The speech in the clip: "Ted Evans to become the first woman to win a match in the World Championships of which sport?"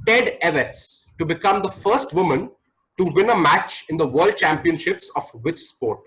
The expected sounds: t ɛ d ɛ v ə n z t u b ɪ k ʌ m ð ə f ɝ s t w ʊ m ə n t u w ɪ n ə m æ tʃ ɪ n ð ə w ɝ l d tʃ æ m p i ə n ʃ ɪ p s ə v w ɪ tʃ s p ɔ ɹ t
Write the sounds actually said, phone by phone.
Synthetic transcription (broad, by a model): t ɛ d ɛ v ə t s t u b ɪ k ʌ m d ə f ɝ s t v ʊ m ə n t u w ɪ n ə m æ tʃ ɪ n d ə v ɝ l d tʃ æ m p i ə n ʃ ɪ p s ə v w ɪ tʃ s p ɔ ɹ t